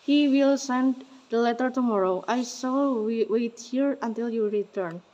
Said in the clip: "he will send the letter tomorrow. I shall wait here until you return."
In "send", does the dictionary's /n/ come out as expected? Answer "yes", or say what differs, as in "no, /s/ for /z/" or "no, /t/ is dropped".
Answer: yes